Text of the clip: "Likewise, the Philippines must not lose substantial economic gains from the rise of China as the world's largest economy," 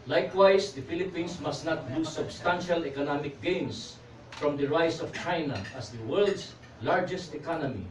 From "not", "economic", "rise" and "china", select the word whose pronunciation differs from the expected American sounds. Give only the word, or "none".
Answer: rise